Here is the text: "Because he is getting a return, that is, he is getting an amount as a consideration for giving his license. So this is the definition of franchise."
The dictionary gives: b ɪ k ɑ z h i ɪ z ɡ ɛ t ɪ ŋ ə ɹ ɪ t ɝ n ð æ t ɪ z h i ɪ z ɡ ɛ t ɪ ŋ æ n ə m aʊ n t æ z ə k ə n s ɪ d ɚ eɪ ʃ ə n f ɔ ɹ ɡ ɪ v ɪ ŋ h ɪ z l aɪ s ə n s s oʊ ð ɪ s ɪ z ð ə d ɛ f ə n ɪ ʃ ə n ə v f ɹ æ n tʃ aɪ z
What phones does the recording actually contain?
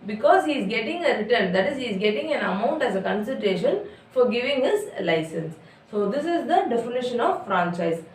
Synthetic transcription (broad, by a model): b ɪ k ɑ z h i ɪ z ɡ ɛ t ɪ ŋ ə ɹ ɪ t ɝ n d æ t ɪ z h i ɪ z ɡ ɛ t ɪ ŋ æ n ə m aʊ n t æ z ə k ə n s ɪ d eɪ ʃ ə n f ɔ ɹ ɡ ɪ v ɪ ŋ h ɪ z l aɪ s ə n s s oʊ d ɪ s ɪ z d ə d ɛ f ə n ɪ ʃ ə n ə v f ɹ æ n tʃ aɪ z